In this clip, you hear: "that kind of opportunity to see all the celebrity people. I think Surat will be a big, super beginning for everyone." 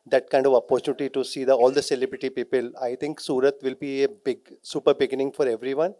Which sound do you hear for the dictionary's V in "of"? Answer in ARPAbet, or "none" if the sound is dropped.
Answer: V